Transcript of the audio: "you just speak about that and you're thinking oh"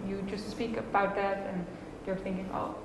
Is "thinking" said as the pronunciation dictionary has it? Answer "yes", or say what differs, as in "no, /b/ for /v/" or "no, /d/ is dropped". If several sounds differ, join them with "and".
yes